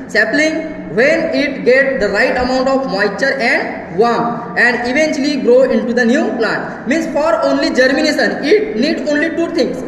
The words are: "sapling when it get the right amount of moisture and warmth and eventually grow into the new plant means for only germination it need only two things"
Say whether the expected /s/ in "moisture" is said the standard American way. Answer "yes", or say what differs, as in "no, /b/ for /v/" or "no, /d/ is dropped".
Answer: no, /s/ is dropped